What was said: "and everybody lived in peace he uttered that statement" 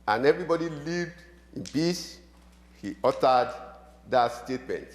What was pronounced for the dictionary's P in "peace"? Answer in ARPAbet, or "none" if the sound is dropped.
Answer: B